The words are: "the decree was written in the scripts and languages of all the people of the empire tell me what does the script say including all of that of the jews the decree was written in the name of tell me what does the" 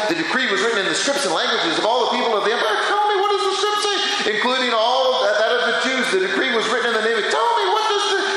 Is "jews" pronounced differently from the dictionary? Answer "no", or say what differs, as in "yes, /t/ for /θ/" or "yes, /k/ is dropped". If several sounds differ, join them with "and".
yes, /tʃ/ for /dʒ/